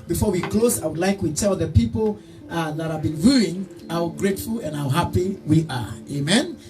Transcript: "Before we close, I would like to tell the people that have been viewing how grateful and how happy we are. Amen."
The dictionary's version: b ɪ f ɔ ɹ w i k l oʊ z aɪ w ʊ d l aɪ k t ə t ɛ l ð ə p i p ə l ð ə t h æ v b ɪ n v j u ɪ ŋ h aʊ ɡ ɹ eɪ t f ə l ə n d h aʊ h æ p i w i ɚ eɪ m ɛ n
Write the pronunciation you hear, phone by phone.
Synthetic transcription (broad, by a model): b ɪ f ɔ ɹ w i k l oʊ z aɪ w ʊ d l aɪ k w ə t ɛ l ð ə p i p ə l ð ə t h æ v b ɪ n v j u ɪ ŋ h aʊ ɡ ɹ eɪ t f ə l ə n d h aʊ h æ p i w i ɚ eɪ m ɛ n